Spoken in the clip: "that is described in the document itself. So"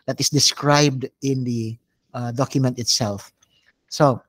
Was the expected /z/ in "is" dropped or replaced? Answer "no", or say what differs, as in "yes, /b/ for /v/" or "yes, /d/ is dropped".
yes, /s/ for /z/